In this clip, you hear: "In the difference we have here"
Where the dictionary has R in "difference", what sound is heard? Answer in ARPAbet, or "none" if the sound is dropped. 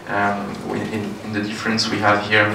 R